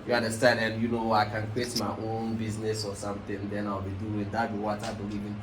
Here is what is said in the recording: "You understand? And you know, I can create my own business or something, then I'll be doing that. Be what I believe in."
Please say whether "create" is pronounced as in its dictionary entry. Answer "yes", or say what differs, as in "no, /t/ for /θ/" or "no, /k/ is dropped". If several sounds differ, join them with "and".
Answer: no, /w/ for /ɹ/